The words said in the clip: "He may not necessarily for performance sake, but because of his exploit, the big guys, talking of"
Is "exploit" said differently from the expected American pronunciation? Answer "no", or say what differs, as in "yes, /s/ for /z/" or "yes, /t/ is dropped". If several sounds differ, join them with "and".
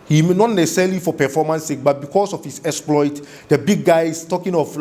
no